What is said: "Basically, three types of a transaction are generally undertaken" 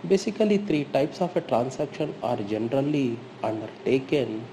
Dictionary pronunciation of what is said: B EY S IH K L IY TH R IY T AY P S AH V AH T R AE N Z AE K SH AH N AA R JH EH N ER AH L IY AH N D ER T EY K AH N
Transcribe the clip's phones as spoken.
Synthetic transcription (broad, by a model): B EY S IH K L IY T R IY T AY P S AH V AH T R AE N S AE K SH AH N AA R JH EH N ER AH L IY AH N D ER T EY K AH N